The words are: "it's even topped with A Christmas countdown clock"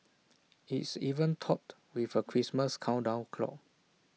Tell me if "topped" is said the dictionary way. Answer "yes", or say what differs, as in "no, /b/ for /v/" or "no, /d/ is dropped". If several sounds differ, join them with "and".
no, /p/ is dropped